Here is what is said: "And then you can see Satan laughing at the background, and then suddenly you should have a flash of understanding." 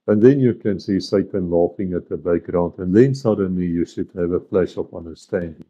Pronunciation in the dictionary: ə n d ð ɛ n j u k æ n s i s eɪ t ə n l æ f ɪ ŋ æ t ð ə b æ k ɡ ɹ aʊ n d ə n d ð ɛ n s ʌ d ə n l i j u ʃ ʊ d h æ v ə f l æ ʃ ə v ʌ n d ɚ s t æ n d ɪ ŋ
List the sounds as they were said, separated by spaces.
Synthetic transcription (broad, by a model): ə n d ð ɛ n j u k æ n s i s eɪ t ə n l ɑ f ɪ ŋ æ t ð ə b æ k ɡ ɹ aʊ n d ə n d ð ɛ n s ʌ d ə n l i j u ʃ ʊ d h æ v ə f l æ ʃ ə p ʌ n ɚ s t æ n d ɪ ŋ